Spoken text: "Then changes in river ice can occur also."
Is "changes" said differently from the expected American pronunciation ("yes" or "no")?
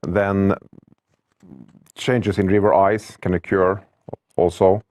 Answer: yes